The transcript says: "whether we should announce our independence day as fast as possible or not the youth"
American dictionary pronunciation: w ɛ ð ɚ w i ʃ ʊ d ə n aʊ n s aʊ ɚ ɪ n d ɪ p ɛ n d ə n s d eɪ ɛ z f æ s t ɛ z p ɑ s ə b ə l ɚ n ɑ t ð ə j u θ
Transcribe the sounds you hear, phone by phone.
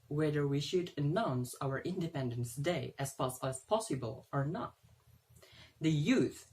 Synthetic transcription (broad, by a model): w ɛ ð ɚ w i ʃ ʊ d ə n aʊ n s aʊ ɚ ɪ n d ɪ p ɛ n d ə n s d eɪ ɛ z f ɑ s ɛ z p ɑ s ə b ə l ɚ n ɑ t ð ə j u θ